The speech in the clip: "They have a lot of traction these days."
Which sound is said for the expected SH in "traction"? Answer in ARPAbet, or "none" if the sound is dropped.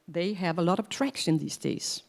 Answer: S